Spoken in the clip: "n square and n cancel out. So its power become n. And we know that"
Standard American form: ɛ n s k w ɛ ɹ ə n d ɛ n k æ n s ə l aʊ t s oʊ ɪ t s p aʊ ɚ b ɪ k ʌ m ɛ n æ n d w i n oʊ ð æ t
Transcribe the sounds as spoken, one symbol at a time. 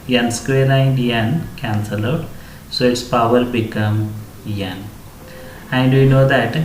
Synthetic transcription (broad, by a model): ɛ n s k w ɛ l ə n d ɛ n k æ n s ə l aʊ t s oʊ ɪ t s p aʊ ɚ b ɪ k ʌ m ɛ n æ n d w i n oʊ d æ t